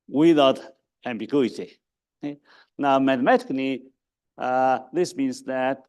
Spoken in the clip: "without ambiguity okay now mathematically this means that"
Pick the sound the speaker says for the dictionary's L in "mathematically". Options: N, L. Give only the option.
N